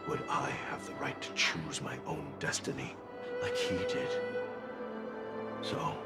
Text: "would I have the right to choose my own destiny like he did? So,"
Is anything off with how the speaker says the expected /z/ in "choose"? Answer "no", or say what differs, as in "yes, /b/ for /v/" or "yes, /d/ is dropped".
no